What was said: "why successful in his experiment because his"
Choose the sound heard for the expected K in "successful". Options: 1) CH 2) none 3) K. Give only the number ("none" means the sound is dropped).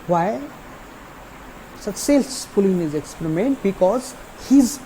2